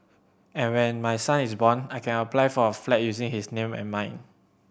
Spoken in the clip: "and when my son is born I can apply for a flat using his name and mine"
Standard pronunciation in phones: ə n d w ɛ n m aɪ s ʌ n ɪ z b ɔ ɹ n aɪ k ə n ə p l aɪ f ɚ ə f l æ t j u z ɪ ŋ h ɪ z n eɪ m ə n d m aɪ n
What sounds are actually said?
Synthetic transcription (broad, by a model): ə n w ɛ n m aɪ s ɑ n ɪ s b ɔ n aɪ k ə n ə p l aɪ f ə f l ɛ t j u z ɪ ŋ h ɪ s n eɪ m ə n m aɪ n